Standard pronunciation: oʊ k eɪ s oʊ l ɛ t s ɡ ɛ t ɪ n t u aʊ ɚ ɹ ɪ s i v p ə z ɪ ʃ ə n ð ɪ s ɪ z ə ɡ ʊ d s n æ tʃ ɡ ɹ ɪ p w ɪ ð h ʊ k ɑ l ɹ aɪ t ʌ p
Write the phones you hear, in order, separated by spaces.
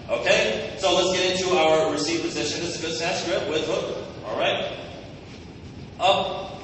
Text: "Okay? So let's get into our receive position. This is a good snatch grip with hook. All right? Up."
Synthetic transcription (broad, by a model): oʊ k eɪ s oʊ l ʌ t s ɡ ɛ t ɪ n t u aʊ ɚ ɹ ɪ s i v p ə z ɪ ʃ ə n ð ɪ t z ə ɡ ʊ d s æ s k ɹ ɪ p w ɪ ð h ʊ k ɑ l ɹ aɪ t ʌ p